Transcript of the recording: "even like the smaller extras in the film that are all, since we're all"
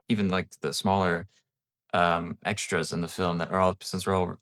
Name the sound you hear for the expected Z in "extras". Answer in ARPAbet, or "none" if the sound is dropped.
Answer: Z